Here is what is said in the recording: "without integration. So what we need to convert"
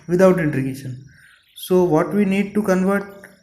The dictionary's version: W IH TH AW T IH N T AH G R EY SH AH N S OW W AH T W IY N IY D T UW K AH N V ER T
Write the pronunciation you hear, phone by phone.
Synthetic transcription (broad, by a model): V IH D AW T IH N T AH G EY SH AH N S OW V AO T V IY N IY D T UW K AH N V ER T